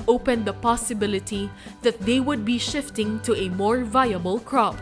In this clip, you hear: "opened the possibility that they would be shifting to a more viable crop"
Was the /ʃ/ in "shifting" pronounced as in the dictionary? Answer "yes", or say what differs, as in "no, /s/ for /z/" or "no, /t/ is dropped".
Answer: yes